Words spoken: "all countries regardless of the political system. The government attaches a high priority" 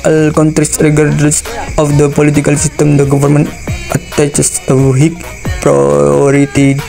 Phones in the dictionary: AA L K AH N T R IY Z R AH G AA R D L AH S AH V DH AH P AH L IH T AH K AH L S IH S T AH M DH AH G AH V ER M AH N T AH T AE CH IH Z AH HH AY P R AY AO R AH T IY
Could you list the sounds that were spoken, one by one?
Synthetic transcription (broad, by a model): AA L K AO N T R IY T R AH G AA R D AH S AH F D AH P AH L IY T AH K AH L S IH S T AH M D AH G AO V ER M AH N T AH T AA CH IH S AH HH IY P R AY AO R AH T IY